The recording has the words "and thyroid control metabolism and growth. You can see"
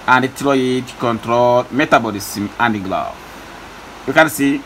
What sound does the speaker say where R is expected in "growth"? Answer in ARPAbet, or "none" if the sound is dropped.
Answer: L